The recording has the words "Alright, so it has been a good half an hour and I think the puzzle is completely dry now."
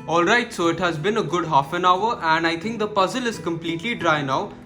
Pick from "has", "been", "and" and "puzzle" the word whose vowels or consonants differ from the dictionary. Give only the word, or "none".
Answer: none